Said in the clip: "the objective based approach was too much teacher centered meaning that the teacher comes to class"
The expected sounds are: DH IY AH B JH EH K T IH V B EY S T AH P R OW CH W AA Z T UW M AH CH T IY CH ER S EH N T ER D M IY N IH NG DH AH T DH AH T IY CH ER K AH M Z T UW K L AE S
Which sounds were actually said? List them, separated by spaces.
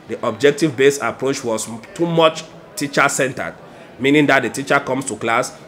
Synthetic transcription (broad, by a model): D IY AH B JH EH K T IH V B EY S AH P R OW CH W AA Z T UW M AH CH T IY CH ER S EH N T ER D M IY N IH NG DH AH T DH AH T IY CH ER K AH M S T UW K L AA S